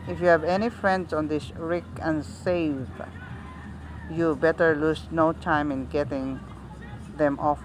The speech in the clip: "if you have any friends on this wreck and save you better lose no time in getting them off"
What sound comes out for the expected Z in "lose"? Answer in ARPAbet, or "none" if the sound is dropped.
S